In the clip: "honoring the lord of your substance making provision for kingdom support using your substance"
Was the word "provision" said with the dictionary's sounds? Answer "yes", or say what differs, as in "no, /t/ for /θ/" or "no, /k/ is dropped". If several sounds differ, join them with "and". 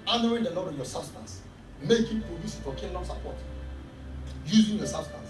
no, /s/ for /ʒ/